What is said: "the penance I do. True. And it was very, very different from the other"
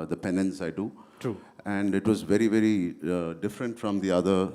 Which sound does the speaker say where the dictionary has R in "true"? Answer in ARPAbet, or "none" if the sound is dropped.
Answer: none